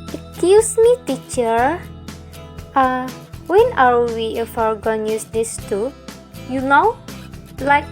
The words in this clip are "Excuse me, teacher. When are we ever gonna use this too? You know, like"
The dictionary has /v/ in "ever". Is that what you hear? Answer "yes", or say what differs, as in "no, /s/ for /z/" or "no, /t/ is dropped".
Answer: no, /f/ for /v/